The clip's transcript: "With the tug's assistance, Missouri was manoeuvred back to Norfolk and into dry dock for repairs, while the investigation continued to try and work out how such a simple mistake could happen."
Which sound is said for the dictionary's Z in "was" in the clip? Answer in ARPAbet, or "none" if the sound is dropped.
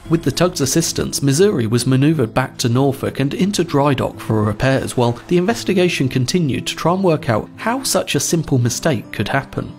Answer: Z